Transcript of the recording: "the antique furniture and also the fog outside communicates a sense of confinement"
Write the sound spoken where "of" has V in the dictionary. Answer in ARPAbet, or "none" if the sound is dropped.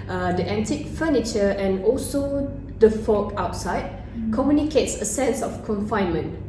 F